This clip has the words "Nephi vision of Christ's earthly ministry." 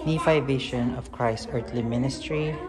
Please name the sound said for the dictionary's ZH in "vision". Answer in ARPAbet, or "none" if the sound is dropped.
SH